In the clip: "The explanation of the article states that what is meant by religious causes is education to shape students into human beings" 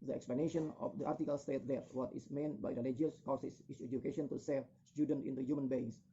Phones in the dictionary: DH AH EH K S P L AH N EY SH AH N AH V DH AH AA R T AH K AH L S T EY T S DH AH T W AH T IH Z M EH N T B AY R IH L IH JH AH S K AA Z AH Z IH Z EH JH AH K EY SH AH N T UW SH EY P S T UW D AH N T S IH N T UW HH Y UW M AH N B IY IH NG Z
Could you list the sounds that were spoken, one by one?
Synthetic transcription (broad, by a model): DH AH EH K S P L AH N EY SH AH N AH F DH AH AA R T AH K AH L S T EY T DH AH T W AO T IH S M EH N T B AY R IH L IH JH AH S K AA S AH S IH S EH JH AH K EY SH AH N T UW S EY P S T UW D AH N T IH N T UW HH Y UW M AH N B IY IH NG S